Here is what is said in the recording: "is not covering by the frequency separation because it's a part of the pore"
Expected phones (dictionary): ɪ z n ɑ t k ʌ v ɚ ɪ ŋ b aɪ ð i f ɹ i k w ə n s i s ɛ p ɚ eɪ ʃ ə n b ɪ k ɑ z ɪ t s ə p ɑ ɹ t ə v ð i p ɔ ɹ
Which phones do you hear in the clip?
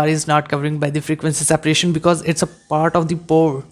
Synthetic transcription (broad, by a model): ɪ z n ɑ t k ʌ v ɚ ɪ ŋ b aɪ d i f ɹ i k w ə n s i s ɛ p ɚ eɪ ʃ ə n b ɪ k ɑ z ɪ t s ə p ɑ ɹ t ə v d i p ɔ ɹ